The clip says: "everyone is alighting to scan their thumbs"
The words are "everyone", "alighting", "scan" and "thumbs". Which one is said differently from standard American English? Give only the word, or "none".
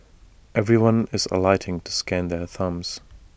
none